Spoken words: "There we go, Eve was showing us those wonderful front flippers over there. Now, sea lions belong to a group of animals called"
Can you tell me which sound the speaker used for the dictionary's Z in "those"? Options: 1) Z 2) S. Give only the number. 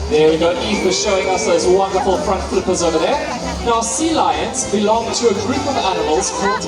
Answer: 1